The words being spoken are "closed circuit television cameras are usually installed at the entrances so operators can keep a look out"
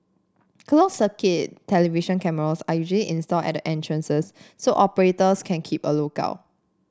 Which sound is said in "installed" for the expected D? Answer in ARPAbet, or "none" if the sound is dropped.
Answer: none